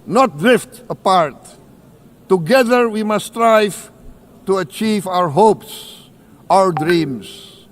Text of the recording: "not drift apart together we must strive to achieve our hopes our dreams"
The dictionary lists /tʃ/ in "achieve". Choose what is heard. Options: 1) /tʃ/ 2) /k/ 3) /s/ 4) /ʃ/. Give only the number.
1